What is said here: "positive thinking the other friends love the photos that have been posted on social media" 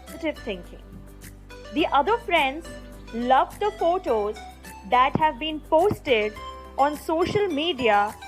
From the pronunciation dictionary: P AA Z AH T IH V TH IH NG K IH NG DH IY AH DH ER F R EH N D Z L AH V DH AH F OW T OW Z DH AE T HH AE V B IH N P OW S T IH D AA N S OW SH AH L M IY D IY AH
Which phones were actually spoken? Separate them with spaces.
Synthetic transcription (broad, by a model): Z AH T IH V T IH NG K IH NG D IY AH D ER F R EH N D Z L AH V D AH F OW T OW Z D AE T HH AE V B IH N P OW S T IH D AA N S OW SH AH L M IY D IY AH